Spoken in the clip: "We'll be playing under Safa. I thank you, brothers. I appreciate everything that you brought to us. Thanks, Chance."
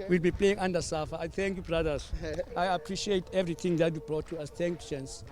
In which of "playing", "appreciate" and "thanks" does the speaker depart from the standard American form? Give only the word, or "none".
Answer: thanks